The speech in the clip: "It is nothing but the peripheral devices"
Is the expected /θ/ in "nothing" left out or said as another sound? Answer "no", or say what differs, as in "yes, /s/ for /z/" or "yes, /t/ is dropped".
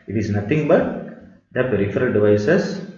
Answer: yes, /t/ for /θ/